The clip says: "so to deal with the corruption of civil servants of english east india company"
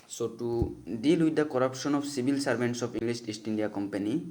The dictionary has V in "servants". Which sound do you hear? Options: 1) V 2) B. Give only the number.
2